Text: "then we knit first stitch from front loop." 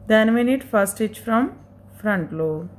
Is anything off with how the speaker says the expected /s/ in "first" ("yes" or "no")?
yes